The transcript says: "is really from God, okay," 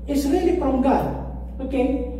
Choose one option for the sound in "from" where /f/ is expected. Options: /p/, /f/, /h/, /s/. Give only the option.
/p/